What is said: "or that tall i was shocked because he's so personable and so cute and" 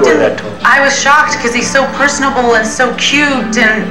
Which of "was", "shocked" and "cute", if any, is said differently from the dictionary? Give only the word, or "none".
none